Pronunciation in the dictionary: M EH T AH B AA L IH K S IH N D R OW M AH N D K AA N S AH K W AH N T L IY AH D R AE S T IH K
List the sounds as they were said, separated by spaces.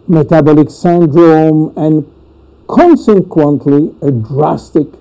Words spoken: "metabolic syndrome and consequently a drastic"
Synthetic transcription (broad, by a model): M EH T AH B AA L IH K S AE N D R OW M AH N K AA N S AH K W AH N T L IY AH D R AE S T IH K